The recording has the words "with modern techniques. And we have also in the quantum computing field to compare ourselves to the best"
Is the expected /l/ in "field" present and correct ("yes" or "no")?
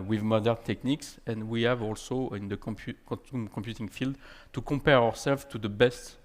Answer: yes